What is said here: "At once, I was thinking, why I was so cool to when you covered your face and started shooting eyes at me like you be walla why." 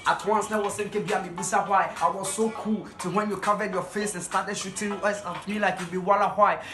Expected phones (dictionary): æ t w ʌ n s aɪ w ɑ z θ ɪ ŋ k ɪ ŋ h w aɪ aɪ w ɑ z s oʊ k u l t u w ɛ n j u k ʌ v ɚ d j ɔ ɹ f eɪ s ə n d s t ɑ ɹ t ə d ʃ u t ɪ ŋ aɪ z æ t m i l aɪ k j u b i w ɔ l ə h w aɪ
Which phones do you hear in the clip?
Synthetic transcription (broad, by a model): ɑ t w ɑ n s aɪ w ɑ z s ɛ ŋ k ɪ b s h aɪ aɪ w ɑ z s oʊ k u l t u w ɛ n j u k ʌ v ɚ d j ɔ f eɪ s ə n s t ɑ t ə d ʃ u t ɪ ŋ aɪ s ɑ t m i l aɪ k j u b i w ɔ l ə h w aɪ